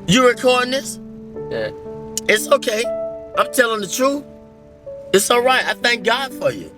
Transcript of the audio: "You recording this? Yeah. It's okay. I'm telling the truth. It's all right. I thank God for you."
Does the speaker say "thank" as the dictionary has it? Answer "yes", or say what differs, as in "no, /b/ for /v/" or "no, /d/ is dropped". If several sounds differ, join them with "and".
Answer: yes